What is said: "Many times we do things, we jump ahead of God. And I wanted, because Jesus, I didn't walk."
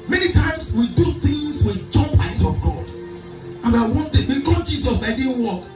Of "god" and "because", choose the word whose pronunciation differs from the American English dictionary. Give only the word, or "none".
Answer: because